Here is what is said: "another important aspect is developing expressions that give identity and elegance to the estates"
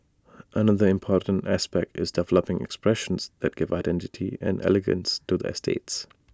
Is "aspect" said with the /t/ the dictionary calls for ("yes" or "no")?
yes